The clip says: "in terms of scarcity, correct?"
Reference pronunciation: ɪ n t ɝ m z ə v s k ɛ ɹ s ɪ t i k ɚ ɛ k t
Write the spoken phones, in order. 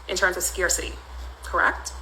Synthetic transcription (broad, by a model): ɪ n t ɝ m z ə v s k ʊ ɹ s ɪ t i k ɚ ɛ k t